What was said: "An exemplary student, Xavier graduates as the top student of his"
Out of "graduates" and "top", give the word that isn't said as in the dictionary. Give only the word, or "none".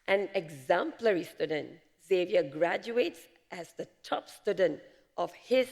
none